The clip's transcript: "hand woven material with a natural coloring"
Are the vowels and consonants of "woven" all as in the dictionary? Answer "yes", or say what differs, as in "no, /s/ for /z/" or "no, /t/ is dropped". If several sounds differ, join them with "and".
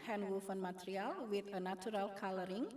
no, /f/ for /v/